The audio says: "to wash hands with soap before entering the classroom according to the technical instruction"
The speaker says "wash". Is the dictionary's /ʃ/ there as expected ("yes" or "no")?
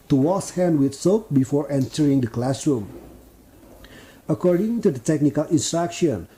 no